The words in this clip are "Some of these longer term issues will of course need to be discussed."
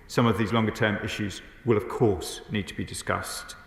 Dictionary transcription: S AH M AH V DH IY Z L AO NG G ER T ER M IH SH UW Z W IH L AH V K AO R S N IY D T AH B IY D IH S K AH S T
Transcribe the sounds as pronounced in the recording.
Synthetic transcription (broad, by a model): S AH M AH V DH IY Z L AO NG G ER T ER M IH SH UW Z W IH L AH V K AO S N IY D T AH B IY D IH S K AH S T